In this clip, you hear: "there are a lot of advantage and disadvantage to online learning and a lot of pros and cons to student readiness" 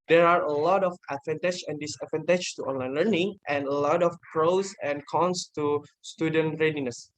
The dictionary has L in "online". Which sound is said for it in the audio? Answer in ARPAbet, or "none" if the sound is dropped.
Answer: L